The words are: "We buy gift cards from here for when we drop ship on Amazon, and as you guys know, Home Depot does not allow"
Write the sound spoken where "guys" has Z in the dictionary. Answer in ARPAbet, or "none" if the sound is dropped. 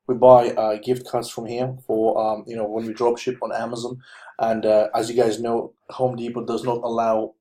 Z